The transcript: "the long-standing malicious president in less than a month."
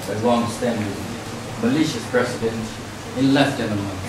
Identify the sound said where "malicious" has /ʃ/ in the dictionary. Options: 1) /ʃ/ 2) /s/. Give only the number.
1